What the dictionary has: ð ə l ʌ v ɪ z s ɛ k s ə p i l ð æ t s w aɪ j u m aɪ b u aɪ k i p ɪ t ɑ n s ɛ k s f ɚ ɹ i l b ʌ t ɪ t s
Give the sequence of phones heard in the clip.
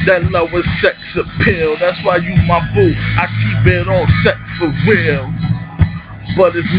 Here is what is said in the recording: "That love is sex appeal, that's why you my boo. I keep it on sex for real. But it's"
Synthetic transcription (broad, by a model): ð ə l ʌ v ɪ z s ɛ k s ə p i l ð æ t s w aɪ j u m aɪ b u aɪ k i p ɪ t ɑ l s ɛ k s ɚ w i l b ʌ t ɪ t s